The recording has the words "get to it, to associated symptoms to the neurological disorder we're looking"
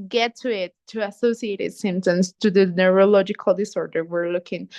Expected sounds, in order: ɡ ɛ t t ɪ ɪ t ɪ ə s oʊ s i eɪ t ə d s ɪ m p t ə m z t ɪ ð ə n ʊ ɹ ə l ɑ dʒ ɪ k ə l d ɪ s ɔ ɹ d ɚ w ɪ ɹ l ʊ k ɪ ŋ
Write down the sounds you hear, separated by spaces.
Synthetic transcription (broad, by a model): ɡ ɛ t t ɪ ɪ t ɪ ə s oʊ s i eɪ t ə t s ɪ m t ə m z t ɪ ð ə n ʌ ɹ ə l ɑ dʒ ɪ k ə l d ɪ s ɔ ɹ d ɚ w ɪ ɹ l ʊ k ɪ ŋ